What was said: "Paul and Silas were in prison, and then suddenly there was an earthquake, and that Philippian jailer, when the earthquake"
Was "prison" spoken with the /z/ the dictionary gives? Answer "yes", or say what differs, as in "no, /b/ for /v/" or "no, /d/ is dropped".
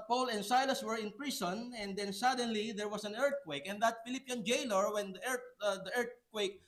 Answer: no, /s/ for /z/